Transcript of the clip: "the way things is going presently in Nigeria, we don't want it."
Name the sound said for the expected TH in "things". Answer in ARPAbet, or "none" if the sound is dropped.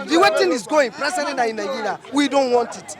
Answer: T